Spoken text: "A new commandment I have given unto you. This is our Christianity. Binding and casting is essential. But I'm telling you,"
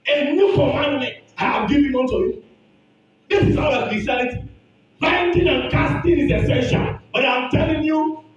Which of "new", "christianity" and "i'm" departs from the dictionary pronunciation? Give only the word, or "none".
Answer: christianity